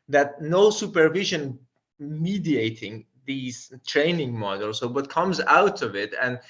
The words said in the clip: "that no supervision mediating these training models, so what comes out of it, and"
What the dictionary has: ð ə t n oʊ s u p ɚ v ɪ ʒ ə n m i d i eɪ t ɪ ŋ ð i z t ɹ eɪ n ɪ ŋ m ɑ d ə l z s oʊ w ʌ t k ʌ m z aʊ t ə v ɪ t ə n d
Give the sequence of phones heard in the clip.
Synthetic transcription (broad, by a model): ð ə t n oʊ s u p ɚ v ɪ ʒ ə n m i d i eɪ t ɪ ŋ ð i z t ɹ eɪ n ɪ ŋ m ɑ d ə l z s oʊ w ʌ t k ʌ m z aʊ t ə v ɪ t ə n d